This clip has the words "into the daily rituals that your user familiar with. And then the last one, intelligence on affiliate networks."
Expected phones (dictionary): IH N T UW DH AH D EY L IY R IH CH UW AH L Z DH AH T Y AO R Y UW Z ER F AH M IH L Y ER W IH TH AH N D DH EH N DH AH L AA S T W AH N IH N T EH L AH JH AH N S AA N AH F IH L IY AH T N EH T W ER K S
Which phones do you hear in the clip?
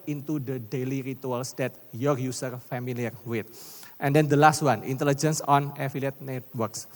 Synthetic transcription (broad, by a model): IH N T UW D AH D EY L IY R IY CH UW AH L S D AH T Y AO R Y UW S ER F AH M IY L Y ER W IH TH AH N D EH N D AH L AA S T W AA N IH N T EH L AH JH AH N S AA N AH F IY L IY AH T N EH T W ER K S